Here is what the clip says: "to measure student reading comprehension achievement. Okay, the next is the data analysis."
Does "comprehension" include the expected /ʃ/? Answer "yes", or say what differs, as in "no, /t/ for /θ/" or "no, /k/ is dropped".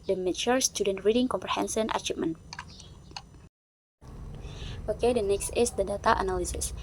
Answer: no, /s/ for /ʃ/